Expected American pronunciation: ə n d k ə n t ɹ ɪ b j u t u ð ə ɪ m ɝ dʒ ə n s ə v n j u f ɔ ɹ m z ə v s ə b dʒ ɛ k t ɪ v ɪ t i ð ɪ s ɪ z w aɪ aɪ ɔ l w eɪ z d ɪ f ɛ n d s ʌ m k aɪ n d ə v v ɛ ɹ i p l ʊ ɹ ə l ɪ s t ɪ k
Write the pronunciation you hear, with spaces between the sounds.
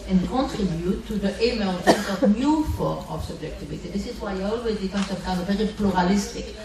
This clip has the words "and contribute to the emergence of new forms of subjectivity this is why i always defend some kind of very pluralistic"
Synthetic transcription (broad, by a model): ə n k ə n t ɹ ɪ b j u t u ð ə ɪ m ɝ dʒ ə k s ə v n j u f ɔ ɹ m ə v s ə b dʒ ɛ k t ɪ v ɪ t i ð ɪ s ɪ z w aɪ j ɔ l w eɪ z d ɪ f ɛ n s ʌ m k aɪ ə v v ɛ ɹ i p l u ɹ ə l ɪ s t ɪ k